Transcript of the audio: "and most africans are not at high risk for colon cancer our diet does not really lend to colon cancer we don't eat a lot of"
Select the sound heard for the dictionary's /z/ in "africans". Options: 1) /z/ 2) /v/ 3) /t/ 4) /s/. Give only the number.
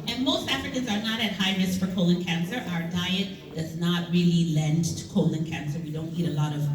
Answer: 1